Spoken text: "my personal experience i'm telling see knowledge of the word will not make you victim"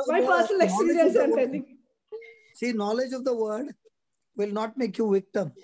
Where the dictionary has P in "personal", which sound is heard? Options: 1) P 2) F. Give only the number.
2